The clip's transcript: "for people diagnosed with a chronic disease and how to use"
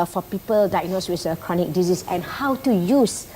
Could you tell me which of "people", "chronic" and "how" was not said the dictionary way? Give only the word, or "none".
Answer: none